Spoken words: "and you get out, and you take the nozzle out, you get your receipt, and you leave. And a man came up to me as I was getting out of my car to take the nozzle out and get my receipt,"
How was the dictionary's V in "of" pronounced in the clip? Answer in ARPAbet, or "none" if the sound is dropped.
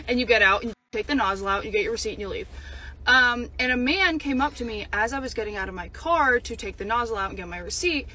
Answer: V